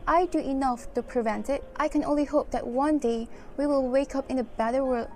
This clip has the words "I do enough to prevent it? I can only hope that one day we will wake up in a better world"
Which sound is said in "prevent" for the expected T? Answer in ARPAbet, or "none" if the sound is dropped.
T